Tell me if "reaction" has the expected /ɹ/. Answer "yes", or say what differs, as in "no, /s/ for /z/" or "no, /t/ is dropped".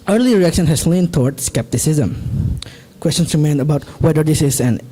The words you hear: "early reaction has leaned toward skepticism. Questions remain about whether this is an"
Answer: yes